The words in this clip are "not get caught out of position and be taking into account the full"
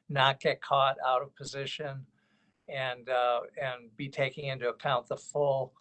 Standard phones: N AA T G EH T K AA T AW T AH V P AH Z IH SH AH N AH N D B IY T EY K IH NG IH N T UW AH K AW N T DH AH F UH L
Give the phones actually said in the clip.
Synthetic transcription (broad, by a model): N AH T G EH T K AA T AW T AH V P AH Z IH SH AH N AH N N B IY T EY K IH NG IH N T UW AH K AW N DH AH F UH L